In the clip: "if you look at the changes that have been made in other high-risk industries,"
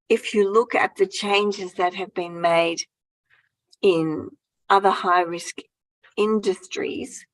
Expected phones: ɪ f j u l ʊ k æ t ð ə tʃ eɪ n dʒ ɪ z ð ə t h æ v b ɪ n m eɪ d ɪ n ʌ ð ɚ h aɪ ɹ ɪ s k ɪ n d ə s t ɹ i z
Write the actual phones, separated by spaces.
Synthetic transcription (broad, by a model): ɪ f j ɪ l ʊ k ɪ t ð ə tʃ eɪ n dʒ ɪ z ð ə t h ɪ v b ɪ n m eɪ d ɪ n ʌ ð ɚ h aɪ ɹ ɪ s k ɪ n d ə s t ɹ i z